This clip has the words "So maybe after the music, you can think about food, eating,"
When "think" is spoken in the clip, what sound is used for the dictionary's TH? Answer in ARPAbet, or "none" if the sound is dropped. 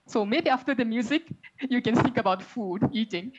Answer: S